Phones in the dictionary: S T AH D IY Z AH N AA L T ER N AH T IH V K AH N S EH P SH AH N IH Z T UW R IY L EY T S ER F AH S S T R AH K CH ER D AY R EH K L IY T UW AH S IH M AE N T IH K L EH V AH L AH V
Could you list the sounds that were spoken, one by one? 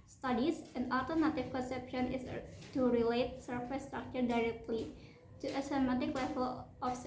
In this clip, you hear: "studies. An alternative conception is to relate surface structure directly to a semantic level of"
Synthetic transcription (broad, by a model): S T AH D IY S AH N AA L T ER N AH T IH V K AH N S EH P SH AH N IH S T UW R IY L EY T S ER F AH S S T R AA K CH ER D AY R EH K L IY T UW AH S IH M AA T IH K L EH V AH L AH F